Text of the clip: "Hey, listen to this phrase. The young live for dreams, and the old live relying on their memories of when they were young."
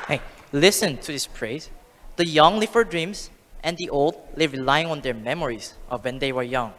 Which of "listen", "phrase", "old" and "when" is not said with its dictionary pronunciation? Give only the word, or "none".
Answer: phrase